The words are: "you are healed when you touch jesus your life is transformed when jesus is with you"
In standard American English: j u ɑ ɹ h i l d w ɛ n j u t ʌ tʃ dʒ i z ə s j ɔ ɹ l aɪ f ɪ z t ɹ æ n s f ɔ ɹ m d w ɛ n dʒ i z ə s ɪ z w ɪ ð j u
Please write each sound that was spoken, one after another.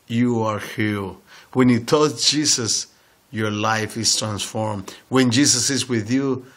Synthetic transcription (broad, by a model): j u ɑ ɹ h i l w ɛ n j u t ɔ s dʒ i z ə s j ɔ ɹ l aɪ f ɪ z t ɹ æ n s f ɔ ɹ m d w ɛ n dʒ i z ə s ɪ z w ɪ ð j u